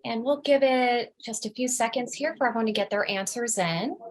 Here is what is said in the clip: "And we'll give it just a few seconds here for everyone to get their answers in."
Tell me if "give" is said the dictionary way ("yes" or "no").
yes